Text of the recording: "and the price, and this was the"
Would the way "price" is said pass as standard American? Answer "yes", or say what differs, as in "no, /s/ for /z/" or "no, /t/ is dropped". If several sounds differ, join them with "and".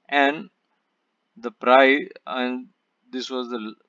no, /s/ is dropped